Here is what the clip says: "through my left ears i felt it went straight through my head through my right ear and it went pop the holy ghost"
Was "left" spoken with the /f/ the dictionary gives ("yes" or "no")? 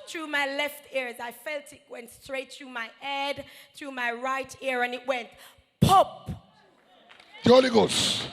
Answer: yes